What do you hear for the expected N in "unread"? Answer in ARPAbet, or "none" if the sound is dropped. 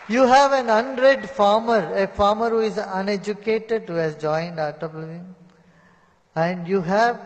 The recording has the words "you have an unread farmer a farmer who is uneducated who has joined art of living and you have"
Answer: N